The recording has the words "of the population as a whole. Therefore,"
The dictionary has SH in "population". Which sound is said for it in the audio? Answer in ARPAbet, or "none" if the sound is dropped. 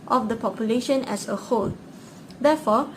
SH